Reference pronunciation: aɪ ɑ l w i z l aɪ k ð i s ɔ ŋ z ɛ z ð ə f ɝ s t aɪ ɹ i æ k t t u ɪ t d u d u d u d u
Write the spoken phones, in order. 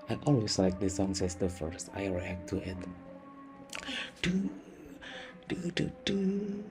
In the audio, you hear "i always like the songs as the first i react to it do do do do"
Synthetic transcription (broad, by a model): aɪ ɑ l w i s l aɪ k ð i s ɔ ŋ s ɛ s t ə f ɝ s t aɪ ɹ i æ k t t u ɪ t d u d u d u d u